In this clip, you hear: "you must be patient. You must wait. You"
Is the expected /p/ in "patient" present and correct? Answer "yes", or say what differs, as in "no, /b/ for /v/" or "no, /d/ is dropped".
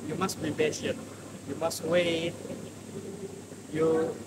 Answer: no, /b/ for /p/